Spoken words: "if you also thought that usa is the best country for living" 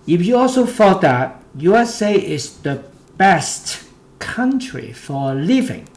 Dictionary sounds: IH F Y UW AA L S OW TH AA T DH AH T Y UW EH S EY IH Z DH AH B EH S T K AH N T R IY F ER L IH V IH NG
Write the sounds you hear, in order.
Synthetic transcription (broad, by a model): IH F Y UW AA L S OW F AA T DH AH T Y UW EH S EY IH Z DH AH B EH S T K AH N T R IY F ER L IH V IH NG